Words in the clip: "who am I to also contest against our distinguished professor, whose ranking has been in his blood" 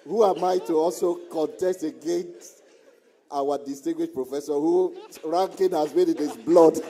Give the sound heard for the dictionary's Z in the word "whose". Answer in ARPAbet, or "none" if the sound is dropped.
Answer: none